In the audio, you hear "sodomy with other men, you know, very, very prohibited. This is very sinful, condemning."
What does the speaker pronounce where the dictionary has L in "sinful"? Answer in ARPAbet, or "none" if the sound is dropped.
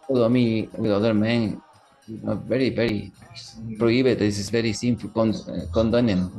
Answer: N